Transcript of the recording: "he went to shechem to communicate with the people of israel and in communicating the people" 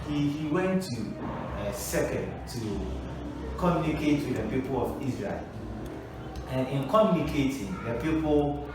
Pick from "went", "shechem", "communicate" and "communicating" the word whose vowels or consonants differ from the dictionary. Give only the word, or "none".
shechem